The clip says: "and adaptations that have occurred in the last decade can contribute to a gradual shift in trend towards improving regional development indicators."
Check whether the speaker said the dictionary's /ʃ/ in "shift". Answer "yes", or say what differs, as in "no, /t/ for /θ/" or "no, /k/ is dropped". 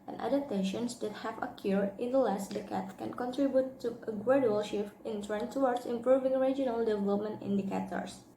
yes